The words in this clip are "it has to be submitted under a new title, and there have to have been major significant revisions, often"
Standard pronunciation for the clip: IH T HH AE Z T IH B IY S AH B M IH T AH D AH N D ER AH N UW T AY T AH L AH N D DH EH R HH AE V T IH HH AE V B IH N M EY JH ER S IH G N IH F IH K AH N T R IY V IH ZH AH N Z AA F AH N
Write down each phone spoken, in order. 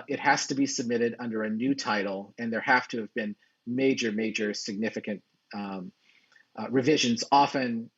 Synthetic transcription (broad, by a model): IH T HH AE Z T IH B IY S AH B M IH T AH D AH N D ER AH N UW T AY T L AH N DH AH R HH AE F T IH V B IH N M EY JH ER S IH G N IH F IH K AH N T R IY V IH ZH AH N Z AA F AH N